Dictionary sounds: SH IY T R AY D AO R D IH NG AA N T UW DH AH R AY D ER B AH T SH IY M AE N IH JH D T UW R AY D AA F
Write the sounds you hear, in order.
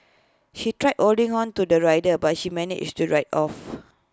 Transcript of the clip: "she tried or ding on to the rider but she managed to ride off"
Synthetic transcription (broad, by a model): SH IY T R AY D AO L D IH NG AA N T UW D AH R AY D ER B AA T SH IY M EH N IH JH T UW R AY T AA F